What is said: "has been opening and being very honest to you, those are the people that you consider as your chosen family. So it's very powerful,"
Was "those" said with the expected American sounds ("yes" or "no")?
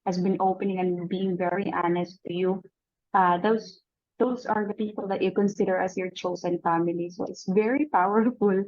no